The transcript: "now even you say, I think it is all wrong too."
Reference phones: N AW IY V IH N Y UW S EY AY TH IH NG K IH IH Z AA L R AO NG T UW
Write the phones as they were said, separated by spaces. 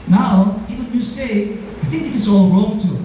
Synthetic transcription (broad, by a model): N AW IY W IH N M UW S EY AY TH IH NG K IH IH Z AA L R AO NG T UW